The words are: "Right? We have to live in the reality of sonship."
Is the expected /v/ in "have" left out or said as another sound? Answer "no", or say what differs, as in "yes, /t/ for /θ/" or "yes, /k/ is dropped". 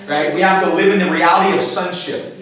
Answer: yes, /f/ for /v/